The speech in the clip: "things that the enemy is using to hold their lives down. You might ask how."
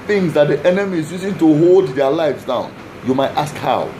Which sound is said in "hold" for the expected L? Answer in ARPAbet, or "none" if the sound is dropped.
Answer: L